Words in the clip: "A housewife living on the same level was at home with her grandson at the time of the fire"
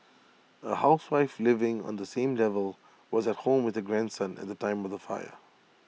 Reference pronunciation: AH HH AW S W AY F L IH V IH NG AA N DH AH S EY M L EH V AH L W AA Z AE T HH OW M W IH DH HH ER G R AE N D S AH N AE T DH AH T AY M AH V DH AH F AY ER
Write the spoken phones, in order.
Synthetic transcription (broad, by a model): AH HH AW S W AY F L IH V IH NG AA N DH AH S EY M L EH V AH L W AA Z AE T HH OW M W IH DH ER G R AE N D S AH N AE T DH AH T AY M AH V DH AH F AY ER